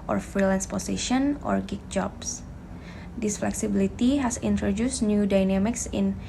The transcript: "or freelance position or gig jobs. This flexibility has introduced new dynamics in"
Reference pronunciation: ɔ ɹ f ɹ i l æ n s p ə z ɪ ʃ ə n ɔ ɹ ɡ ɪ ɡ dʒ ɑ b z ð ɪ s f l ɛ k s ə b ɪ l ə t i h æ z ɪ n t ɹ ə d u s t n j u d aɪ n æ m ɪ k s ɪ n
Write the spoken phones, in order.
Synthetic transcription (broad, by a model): ɔ ɹ f ɹ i l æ n s p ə s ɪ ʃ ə n ɔ ɹ ɡ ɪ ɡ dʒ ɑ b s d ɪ s f l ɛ k s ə b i l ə t i h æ s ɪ n t ɹ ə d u s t n j u d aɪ n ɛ m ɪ k s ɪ n